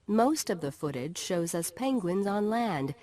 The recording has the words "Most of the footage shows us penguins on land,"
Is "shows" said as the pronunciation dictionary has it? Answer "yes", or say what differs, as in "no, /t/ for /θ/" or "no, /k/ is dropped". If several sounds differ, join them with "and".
yes